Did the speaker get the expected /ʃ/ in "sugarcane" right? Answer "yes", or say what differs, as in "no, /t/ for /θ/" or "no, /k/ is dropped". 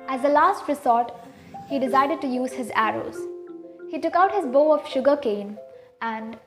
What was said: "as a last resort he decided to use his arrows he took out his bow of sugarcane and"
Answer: yes